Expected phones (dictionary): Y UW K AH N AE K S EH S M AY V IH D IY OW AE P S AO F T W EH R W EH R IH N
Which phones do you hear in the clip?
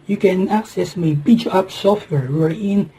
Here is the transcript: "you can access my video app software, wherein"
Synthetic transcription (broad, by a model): Y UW K AH N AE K S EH S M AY B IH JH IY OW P S AO F T W EH R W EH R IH N